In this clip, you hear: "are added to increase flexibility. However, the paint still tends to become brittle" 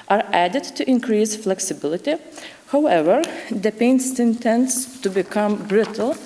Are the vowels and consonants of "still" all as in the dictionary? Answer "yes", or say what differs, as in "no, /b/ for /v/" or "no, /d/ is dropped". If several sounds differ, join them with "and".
no, /n/ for /l/